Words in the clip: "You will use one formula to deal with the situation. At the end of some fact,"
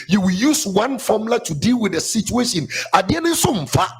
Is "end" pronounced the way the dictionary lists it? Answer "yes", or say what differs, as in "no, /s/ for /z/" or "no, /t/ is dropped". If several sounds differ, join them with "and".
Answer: no, /d/ is dropped